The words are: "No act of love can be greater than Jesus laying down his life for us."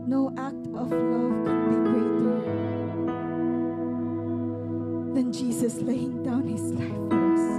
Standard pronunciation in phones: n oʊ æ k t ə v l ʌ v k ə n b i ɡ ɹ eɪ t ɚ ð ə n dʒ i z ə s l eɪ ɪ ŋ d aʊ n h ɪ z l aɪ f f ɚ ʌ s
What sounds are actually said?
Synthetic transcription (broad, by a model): n oʊ æ k t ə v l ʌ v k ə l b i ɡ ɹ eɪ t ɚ ð ə n dʒ i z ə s l eɪ ɪ ŋ d aʊ n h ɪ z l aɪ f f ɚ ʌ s